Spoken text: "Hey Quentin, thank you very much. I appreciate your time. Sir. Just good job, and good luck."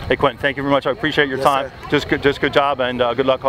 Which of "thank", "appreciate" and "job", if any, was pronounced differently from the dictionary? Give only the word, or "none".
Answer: none